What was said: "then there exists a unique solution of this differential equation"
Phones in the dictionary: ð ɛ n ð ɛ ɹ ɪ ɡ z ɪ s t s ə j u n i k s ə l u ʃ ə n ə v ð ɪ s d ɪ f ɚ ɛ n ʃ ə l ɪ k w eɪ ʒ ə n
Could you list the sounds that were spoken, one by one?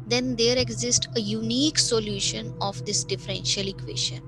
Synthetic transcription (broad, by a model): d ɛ n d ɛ ɹ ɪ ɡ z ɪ s t ə j u n i k s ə l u ʃ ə n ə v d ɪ s d ɪ f ɚ ɛ n ʃ ə l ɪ k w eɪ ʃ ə n